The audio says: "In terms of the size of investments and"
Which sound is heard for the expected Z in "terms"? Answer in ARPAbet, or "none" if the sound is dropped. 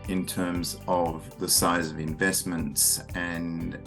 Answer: Z